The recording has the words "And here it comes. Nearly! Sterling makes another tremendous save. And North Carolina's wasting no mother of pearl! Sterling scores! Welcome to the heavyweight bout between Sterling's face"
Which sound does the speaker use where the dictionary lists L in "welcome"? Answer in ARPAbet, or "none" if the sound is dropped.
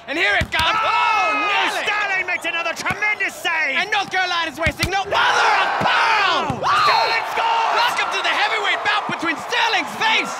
none